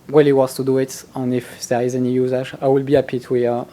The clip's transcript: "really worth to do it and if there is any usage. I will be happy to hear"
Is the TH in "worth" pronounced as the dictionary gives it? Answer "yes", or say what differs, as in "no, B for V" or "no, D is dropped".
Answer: no, S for TH